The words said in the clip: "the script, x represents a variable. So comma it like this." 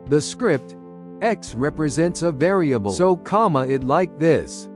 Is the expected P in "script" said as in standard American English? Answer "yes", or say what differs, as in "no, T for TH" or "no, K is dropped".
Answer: yes